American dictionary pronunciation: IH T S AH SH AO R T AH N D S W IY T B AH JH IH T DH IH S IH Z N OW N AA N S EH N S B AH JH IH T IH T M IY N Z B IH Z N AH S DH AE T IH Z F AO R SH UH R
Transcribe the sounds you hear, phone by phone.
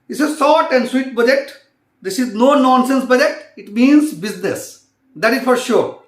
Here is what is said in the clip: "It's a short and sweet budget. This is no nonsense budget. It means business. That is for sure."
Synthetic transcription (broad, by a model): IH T S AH S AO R T AH N D S W IY T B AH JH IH T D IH S IH Z N OW N AA N S EH N S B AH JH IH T IH T M IY N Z B IH Z N AH S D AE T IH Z F AO R SH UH R